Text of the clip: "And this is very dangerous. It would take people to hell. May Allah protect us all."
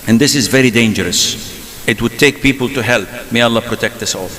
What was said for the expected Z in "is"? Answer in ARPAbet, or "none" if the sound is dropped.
Z